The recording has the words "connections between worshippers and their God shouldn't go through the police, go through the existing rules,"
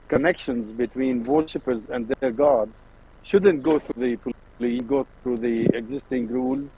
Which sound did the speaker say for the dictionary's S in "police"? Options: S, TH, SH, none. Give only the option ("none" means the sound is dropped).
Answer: none